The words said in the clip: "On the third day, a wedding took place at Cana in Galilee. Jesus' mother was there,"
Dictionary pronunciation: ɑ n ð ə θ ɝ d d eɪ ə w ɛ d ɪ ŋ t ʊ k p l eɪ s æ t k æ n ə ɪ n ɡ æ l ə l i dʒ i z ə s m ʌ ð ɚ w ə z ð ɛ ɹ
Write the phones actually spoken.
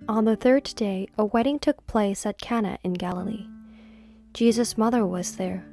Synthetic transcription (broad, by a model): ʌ n ð ə θ ɝ d d eɪ ə w ɛ d ɪ ŋ t ʊ k p l eɪ s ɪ t k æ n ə ɪ n ɡ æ l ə l i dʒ i z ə s m ʌ ð ɚ w ə z ð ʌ ɹ